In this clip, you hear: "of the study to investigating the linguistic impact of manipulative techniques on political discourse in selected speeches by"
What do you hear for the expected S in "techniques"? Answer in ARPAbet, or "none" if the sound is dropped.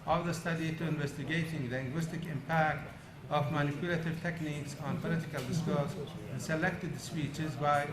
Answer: S